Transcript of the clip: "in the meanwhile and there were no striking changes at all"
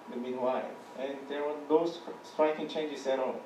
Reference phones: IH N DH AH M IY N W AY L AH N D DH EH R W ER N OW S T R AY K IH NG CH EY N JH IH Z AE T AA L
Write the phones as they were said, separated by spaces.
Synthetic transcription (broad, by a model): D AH M IY N W AY L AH N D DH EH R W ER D OW S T R AY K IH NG CH EY N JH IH S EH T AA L